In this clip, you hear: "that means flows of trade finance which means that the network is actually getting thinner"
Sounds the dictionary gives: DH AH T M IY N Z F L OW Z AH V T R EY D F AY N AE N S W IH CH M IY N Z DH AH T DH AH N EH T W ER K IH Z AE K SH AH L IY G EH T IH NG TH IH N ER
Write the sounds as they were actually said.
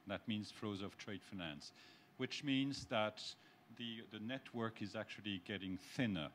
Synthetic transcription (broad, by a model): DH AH T M IY N Z F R OW Z AH V T R EY D F AY N AE N S W IH CH M IY N Z DH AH T DH AH N EH T W ER K IH Z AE K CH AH L IY G EH T IH NG TH IH N ER